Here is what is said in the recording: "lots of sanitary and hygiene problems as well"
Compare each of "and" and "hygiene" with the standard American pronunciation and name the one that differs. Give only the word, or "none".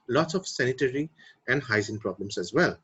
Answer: hygiene